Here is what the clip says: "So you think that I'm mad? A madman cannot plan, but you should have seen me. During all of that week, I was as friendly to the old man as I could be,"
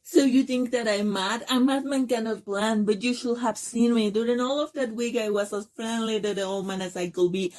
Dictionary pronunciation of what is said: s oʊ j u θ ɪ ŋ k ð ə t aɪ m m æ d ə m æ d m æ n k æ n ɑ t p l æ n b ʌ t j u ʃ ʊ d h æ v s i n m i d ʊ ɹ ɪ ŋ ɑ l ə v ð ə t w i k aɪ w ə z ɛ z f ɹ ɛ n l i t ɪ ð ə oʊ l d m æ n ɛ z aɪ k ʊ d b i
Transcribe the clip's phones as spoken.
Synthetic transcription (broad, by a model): s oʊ j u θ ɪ ŋ k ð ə t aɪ m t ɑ ə m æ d m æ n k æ n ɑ t p l æ n b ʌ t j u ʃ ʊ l h æ v s i n m i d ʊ ɹ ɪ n ɑ l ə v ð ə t w i k aɪ w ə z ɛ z f ɹ ɛ n l i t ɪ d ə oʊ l m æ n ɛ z aɪ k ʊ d b i